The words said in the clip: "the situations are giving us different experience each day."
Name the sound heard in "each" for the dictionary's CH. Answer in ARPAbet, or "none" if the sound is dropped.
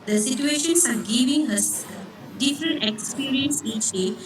CH